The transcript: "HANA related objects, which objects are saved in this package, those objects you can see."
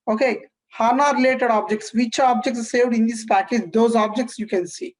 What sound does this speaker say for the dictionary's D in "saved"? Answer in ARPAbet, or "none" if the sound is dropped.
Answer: D